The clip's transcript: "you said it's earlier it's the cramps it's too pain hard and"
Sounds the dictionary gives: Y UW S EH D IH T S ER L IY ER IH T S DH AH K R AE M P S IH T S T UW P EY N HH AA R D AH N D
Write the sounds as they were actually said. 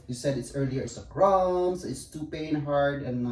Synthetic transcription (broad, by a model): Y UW S EH D IH T S ER L IY ER IH T S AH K R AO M S IH T S T UW P EY N HH AA R D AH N